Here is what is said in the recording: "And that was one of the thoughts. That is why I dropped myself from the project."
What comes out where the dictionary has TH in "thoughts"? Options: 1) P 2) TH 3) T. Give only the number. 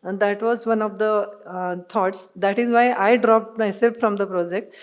3